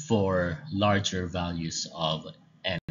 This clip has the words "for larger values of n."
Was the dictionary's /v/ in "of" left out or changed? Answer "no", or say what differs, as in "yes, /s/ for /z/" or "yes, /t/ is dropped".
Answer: no